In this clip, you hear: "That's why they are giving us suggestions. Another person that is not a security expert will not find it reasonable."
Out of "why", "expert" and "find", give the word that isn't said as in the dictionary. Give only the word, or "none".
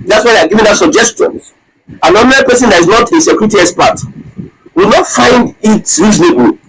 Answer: expert